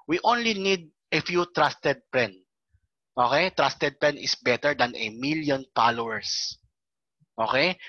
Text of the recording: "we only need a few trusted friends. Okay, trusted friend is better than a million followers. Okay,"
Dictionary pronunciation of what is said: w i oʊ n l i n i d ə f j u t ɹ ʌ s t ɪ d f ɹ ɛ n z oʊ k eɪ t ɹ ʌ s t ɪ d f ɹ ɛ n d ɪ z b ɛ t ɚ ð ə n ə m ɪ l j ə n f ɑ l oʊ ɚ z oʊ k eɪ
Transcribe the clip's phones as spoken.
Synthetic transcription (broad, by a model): w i oʊ n l i n i d ə f j u t ɹ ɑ s t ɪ d p ɹ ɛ n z oʊ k eɪ t ɹ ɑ s t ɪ d p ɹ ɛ n ɪ s b ɛ t ɚ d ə n ə m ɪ l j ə n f ɑ l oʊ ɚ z oʊ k eɪ